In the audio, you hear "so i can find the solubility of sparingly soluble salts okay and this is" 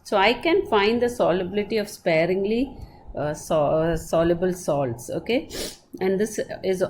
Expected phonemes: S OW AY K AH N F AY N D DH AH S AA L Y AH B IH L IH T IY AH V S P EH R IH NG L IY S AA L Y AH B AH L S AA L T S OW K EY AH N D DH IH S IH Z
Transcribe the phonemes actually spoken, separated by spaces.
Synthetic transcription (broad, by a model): S OW AY K AH N F AY N D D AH S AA L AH B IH L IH T IY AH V S P EH R IH NG L IY S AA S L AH B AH L S AA L T S OW K EY AH N D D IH S IH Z